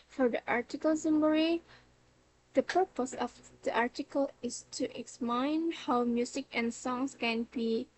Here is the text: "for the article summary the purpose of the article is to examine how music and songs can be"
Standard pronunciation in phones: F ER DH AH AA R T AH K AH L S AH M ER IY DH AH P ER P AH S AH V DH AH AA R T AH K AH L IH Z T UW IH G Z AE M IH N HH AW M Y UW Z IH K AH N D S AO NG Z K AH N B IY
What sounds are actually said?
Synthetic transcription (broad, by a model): F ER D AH AA R T AH K AH L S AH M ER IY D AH P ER P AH S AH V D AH AA R T AH K AH L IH S T UW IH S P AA IH N HH AW M Y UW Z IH K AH N S AO NG S K AH N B IY